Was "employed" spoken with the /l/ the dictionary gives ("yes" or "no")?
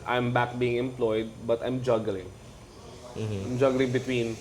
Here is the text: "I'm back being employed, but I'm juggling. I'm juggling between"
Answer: yes